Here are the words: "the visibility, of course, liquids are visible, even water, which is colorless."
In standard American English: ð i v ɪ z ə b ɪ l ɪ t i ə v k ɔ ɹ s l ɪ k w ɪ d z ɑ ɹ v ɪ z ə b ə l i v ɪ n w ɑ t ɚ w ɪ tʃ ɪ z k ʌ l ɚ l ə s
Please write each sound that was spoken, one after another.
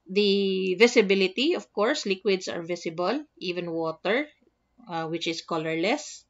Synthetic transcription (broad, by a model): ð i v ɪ s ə b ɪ l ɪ t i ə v k ɔ ɹ s l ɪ k w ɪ d s ɑ ɹ v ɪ s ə b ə l i v ɪ n w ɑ t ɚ w ɪ tʃ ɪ s k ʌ l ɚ l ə s